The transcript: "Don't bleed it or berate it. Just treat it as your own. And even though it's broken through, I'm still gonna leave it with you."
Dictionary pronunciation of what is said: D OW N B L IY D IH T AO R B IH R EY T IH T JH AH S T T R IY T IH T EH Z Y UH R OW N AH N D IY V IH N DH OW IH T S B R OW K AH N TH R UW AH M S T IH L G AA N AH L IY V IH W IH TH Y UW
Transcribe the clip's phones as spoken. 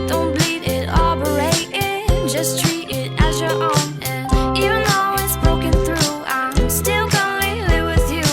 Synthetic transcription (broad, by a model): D OW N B L IY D IH T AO L B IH R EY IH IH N JH AH S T T R IY T IH T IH Z Y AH R OW N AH N IY V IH N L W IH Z B R OW K AH N TH R UW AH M S T IH L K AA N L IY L IH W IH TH Y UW